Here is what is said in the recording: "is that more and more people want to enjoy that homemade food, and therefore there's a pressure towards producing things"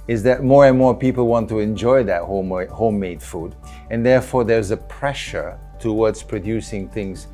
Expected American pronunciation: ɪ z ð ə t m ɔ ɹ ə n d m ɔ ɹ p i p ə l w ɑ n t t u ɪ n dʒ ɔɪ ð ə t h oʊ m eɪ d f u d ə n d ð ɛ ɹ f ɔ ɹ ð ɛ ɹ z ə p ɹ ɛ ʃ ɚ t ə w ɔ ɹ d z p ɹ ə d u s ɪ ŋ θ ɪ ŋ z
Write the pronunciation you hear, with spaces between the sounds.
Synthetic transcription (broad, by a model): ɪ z ð ə t m ɔ ɹ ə n m ɔ ɹ p i p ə l w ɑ n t t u ɪ n dʒ ɔɪ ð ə t h oʊ m eɪ d f u d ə n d ð ɛ ɹ f ɔ ɹ ð ɛ ɹ z ə p ɹ ɛ ʃ ɚ t ə w ɔ ɹ d z p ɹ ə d u s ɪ ŋ θ ɪ ŋ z